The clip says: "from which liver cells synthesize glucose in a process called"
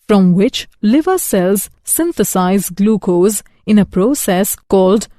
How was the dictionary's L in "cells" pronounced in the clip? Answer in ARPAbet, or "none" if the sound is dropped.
L